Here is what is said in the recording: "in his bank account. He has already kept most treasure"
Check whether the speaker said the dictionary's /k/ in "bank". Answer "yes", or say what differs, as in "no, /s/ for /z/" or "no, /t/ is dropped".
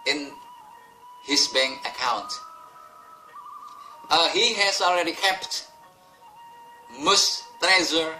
no, /k/ is dropped